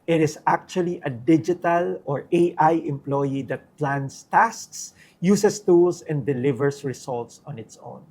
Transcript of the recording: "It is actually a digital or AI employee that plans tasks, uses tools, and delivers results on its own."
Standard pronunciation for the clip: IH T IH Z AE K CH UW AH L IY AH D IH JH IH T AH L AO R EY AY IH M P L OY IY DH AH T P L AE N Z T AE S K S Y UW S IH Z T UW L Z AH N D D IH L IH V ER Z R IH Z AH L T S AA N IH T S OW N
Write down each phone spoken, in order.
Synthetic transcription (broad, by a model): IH T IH S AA K CH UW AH L IY AH D IH JH IH T AH L AO R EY AY IH M P L OY IY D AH T P L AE N S T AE S K S Y UW S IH S T UW L S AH N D D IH L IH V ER S R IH S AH L T S AA N IH T S OW N